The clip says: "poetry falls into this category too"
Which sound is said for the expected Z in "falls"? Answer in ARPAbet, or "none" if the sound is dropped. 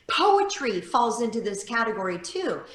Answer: Z